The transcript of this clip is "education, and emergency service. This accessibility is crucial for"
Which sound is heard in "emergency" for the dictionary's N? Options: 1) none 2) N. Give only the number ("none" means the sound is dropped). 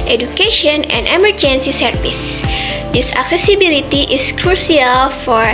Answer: 2